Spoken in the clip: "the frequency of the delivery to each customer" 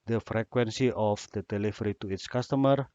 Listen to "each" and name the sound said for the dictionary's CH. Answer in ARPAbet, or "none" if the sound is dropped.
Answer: S